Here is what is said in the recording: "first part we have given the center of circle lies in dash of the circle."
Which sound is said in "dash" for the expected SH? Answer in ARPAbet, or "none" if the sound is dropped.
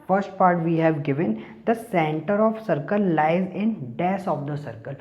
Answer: S